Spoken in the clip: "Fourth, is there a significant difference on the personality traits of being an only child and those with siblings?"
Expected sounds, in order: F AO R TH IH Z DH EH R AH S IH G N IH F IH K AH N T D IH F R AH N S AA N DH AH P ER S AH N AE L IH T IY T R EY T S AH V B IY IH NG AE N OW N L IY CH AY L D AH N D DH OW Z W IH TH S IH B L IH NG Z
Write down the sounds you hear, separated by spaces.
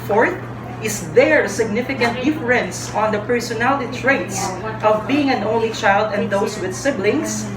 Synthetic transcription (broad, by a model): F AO R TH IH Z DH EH R S IH G N IH F IH K AH N T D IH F R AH N S AA N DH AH P ER S AH N AE L IH T IY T R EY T S AH V B IY IH NG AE N OW N L IY CH AY L D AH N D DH OW S W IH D S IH B L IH NG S